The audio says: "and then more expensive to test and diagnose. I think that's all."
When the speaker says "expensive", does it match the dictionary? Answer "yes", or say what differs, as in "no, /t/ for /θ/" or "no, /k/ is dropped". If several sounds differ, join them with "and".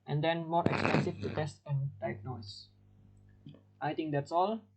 no, /f/ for /v/